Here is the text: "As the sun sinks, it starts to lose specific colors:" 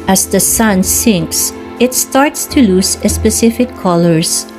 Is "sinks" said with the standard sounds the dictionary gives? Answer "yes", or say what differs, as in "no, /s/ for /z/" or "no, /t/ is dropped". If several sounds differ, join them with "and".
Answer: yes